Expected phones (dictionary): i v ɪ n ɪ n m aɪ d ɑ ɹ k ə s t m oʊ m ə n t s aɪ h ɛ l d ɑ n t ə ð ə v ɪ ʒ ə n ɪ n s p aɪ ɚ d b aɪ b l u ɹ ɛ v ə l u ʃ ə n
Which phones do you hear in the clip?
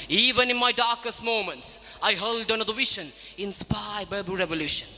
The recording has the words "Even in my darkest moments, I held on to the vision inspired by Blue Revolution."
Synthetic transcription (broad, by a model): i v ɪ n ɪ n m aɪ d ɑ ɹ k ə s t m oʊ m ə n t s aɪ h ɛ l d ɑ n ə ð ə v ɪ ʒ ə n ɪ n s p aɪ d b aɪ b u ɹ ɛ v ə l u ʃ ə n